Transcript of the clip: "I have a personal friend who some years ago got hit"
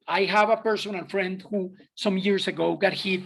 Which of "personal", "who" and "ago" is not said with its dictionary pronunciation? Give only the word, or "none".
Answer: personal